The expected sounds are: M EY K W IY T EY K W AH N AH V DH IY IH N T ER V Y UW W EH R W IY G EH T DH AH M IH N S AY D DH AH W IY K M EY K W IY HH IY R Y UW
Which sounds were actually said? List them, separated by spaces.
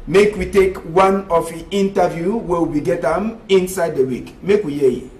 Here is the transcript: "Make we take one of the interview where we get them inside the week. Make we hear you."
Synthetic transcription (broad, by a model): M EY K W IY T EY K W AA N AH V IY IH N T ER V Y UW W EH W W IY G EH T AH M IH N S AY D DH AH W IY K M EY K W IY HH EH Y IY